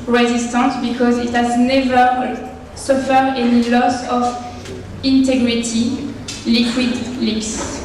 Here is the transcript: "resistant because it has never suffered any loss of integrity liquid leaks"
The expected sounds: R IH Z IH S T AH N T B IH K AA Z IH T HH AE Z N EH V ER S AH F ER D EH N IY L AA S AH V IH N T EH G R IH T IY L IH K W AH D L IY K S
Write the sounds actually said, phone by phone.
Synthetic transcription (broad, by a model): R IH Z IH S T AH N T B IH K AA Z IH T HH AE Z N EH V ER S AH F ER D EH N IY L AA S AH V IH N T EH G R IH T IY L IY K W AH D L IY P S